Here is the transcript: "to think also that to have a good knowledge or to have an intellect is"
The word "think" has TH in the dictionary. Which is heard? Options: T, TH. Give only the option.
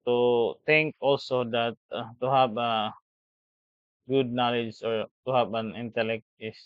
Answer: T